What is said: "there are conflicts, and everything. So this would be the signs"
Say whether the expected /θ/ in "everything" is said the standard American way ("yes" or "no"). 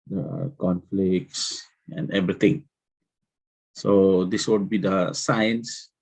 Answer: no